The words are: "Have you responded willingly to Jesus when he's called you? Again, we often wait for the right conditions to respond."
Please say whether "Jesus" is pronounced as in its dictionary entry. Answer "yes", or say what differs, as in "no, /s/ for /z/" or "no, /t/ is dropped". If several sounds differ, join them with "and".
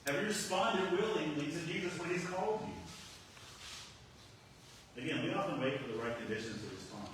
yes